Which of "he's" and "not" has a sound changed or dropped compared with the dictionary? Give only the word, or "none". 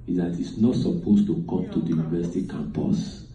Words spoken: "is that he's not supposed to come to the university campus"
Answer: he's